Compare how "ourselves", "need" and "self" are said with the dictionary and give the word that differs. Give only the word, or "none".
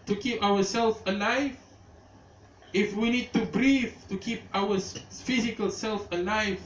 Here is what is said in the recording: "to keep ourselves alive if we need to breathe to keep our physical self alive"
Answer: ourselves